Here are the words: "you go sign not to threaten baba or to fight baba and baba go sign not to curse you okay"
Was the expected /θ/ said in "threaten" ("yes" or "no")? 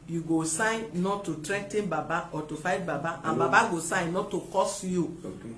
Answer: no